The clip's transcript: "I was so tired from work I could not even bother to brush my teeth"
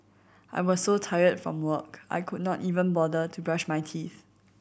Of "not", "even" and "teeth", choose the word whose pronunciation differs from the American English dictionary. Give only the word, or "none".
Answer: none